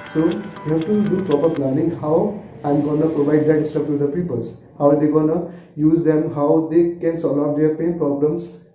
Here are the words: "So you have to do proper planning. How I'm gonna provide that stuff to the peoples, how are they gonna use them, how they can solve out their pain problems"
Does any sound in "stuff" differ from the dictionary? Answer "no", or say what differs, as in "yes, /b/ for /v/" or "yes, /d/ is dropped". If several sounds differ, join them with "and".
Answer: yes, /p/ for /f/